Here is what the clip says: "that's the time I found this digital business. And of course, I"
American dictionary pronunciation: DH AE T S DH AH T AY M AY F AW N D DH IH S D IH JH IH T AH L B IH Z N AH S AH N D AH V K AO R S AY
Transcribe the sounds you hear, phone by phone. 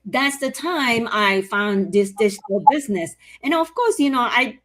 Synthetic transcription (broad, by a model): DH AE T S DH AH T AY M AY F AW N DH IH S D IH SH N L B IH Z N AH S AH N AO AH V K AO R S AY